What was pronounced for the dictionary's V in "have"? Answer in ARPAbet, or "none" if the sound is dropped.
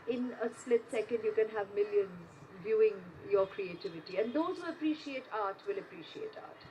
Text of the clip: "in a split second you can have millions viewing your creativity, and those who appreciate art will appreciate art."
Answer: V